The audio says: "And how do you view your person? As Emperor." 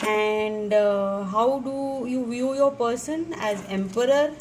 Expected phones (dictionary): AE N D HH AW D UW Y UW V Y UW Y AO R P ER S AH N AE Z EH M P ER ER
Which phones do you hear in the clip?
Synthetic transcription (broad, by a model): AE N D HH AW D UW Y UW V Y UW Y AO R P ER S AH N AE Z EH M P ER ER